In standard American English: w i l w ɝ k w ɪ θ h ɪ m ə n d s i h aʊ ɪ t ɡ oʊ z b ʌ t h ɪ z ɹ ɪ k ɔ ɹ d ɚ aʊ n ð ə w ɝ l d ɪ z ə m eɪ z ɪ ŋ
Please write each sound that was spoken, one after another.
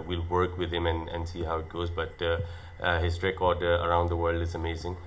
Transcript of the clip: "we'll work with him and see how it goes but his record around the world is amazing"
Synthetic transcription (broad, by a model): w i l w ɝ k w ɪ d h ɪ m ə n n s i h aʊ ɪ t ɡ oʊ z b ʌ t h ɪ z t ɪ k ɔ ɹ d ɚ aʊ n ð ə w ɝ l d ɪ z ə m eɪ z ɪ ŋ